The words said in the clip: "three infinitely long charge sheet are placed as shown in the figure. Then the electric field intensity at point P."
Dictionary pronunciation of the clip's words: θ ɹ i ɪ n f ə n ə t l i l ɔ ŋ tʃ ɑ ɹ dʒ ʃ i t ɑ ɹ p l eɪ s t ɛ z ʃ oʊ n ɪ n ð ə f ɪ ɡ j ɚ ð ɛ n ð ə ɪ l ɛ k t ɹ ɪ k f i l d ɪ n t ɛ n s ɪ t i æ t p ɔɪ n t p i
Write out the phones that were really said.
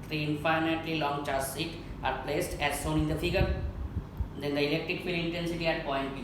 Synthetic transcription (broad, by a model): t ɹ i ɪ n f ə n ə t l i l ɔ ŋ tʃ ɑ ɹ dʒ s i t ɑ ɹ p l eɪ s t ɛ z s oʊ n ɪ n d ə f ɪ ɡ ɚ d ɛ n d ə ɪ l ɛ k t ɹ ɪ k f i l ɪ n t ɛ n s ɪ t i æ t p ɔɪ n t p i